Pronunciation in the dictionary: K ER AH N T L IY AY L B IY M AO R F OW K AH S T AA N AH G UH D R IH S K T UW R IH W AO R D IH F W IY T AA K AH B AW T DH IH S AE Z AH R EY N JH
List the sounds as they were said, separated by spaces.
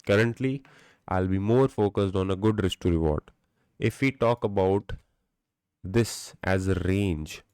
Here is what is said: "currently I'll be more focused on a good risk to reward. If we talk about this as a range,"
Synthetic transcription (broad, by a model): K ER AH N T L IY AY L B IY M AO R F OW K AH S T AA N AH G UH D R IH S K T UW R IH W AO R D IH F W IY T AA K AH B AW T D IH S AE Z AH R EY N JH